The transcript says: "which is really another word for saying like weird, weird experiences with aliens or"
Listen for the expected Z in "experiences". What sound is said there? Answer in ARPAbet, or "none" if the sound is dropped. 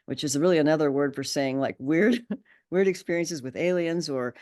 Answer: Z